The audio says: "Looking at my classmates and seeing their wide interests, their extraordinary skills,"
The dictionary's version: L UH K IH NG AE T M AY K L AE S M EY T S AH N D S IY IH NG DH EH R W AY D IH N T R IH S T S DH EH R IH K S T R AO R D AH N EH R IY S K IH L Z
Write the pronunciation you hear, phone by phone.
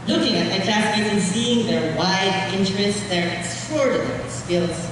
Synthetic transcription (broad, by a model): L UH K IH NG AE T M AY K AE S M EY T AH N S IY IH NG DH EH R W AY D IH N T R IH S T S DH EH R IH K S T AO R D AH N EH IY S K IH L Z